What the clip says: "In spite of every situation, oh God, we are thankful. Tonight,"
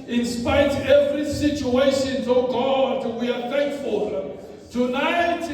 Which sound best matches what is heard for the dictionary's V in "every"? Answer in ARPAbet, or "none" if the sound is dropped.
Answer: V